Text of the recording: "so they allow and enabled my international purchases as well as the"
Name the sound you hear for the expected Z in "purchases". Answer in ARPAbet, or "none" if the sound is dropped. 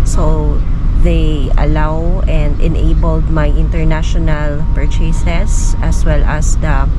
S